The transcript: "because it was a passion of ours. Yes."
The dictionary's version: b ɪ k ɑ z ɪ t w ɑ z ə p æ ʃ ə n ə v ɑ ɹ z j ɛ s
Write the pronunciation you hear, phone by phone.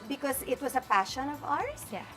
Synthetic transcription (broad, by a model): b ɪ k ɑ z ɪ t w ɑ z ə p æ ʃ ə n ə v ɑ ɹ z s